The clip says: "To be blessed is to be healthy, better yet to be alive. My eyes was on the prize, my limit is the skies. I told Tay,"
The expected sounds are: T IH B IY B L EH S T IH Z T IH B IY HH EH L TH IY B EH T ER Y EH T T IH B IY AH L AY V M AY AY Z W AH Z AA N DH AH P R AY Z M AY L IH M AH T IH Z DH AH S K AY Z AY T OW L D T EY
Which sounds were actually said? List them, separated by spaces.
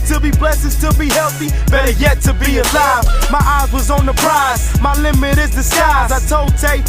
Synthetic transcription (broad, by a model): T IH B IY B L EH S IH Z T IH B IY HH EH L TH IY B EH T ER Y EH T T IH B IY AH L AY V M AY AY Z W AH Z N DH AH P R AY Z M AY L IH M AH T IH Z DH AH S K AY Z AY T OW L D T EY